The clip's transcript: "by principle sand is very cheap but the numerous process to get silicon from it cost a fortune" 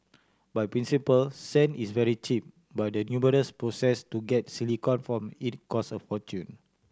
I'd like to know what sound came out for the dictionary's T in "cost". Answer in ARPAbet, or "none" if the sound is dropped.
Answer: none